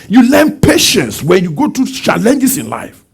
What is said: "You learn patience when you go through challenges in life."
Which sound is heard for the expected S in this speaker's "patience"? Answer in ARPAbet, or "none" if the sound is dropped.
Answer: S